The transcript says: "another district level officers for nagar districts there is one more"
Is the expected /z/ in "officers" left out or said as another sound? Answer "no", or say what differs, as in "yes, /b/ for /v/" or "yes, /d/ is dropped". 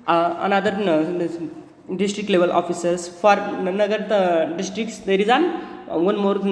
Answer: yes, /s/ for /z/